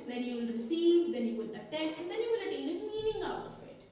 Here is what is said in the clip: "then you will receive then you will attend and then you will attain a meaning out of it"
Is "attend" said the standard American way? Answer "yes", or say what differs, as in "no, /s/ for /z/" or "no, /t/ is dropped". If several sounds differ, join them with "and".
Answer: no, /d/ is dropped